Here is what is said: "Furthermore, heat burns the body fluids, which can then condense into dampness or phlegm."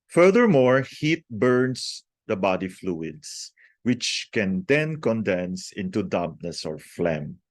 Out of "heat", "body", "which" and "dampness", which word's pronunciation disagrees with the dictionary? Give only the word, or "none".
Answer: dampness